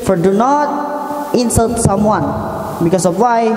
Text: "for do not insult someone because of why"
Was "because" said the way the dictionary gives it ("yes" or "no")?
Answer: no